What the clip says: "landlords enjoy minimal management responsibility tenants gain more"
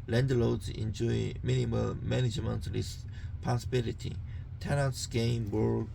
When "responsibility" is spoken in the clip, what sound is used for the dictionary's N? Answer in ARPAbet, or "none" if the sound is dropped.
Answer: none